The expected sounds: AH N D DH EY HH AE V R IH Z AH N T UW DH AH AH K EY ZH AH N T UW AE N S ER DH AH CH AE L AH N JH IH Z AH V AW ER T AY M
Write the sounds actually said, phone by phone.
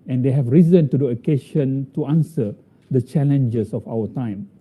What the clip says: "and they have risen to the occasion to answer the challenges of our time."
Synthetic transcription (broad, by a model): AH N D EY HH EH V R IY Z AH N T UW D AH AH K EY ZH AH N T UW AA N S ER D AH CH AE L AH N JH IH S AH F AW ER T AY M